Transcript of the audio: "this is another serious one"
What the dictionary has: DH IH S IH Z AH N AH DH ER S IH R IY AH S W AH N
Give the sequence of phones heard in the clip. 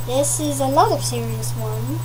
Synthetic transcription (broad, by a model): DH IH S IH Z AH L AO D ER S IH R IY AH S W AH N